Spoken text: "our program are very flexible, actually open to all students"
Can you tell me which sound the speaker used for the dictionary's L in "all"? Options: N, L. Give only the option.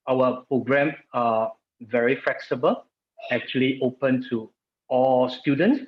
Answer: L